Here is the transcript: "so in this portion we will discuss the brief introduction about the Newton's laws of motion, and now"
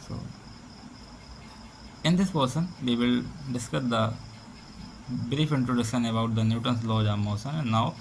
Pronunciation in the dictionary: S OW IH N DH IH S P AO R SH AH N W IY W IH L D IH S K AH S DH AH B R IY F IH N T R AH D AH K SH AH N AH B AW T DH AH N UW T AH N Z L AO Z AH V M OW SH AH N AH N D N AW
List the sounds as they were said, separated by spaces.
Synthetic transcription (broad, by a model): S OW IH N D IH S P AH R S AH N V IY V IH L D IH S K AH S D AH B R IY F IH N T R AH D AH SH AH N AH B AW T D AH N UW T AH N S L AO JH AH M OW S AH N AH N N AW